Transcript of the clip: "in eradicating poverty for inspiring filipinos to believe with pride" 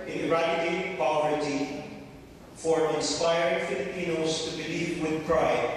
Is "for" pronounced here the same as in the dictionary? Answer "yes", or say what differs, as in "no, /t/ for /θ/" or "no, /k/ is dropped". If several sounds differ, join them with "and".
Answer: yes